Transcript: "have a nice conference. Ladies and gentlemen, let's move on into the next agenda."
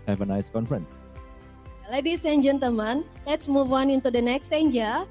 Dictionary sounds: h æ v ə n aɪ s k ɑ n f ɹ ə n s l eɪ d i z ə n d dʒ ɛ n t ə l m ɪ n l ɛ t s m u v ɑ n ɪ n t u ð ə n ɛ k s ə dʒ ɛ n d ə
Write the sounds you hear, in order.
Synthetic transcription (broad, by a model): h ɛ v ə n aɪ s k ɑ n f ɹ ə n s l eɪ d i s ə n dʒ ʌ n t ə m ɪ n l ɛ t s m u v ɑ n ɪ n t u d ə n ɛ k s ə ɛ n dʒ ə